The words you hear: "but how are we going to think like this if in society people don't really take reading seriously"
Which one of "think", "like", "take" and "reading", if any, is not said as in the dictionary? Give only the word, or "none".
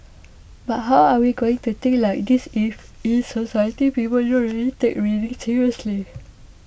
think